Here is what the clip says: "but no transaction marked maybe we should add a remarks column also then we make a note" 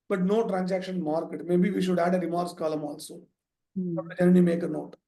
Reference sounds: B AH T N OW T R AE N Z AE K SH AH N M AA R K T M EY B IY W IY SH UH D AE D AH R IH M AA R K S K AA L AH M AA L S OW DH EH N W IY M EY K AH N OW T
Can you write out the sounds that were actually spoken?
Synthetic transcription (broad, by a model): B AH T N OW T R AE N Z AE K SH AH N M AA R K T M EY B IY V IY SH UH D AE D AH R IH M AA R S K AA L AH M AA L S OW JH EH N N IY M EY K AH N OW T